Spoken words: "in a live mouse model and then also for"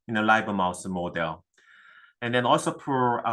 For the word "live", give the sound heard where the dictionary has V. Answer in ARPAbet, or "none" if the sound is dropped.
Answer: B